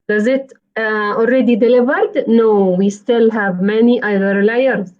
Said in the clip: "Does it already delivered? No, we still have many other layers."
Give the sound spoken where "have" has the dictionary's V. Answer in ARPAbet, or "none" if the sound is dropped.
V